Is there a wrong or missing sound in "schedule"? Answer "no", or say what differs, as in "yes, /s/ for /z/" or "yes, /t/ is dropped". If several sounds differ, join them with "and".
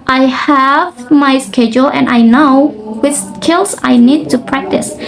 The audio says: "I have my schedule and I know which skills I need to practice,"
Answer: no